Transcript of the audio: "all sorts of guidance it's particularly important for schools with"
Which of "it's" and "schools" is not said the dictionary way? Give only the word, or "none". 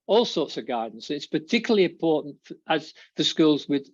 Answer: none